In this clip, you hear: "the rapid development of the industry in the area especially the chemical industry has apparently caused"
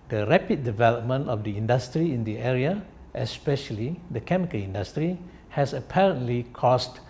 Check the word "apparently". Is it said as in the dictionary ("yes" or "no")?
yes